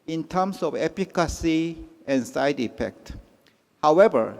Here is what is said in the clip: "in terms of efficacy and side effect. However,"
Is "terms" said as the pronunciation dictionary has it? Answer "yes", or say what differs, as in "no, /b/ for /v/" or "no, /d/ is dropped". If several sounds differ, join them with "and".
no, /s/ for /z/